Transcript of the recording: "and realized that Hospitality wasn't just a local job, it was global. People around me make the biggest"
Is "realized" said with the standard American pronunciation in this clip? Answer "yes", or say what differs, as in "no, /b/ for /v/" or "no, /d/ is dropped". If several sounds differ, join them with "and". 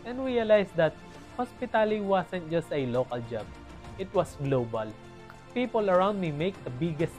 no, /s/ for /z/